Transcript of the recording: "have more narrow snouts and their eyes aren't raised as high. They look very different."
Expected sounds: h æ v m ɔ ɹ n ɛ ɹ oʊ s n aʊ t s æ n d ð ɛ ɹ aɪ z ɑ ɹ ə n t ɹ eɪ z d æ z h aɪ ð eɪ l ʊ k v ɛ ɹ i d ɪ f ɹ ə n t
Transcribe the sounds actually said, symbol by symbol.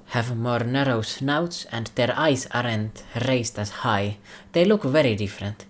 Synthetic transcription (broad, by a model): h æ v m ɔ ɹ n ɛ ɹ oʊ s n aʊ t s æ n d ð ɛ ɹ aɪ s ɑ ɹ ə n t ɹ eɪ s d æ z h aɪ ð eɪ l ʊ k v ɛ ɹ i d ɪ f ɹ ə n t